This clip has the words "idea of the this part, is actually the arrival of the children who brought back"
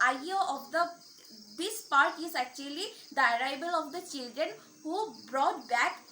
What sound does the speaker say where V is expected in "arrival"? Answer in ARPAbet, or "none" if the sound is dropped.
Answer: B